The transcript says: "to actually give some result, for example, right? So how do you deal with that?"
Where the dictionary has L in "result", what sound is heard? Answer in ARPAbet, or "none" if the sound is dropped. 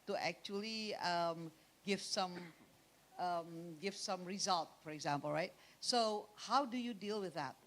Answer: L